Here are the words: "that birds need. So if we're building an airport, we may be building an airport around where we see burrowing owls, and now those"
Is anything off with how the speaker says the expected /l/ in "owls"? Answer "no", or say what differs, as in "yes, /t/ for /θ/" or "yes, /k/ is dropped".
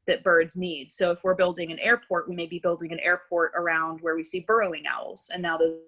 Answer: no